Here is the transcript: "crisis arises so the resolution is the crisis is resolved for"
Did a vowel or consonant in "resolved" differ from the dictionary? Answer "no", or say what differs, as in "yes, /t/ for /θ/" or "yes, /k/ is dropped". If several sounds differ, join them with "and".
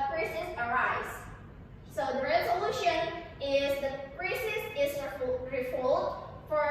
yes, /v/ is dropped